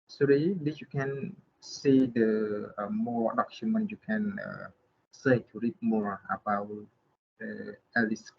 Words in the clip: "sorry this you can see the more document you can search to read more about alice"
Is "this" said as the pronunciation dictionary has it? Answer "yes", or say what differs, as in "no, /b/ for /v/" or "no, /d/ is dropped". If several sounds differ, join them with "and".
no, /s/ is dropped